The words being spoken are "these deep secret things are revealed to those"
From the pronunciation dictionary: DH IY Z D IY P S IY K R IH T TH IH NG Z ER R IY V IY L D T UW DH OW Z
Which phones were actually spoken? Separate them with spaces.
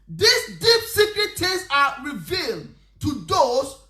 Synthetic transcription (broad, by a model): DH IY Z D IY P S IY K R IH T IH Z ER R IY V IY L D T UW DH OW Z